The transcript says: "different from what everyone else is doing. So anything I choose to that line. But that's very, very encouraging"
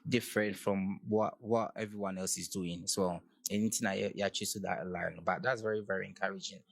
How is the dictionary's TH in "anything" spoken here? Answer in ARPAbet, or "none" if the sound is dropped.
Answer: T